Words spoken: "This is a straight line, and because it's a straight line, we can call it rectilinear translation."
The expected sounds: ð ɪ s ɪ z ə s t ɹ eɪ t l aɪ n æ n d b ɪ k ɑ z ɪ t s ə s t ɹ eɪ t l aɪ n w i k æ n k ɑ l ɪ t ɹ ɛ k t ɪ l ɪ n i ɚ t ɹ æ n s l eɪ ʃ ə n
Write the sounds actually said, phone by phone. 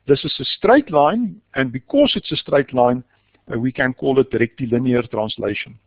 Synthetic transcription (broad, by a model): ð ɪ s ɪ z ə s t ɹ eɪ t l aɪ n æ n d b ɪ k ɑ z ɪ t s ə s t ɹ eɪ t l aɪ n w i k æ n k ɑ l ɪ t ɹ ɛ k t ɪ l ɪ n i ɚ t ɹ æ n s l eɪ ʃ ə n